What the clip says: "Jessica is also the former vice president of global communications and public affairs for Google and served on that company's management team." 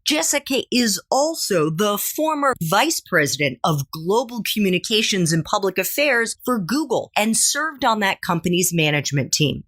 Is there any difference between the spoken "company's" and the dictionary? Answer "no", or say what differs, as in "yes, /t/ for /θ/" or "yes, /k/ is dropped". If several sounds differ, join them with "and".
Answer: no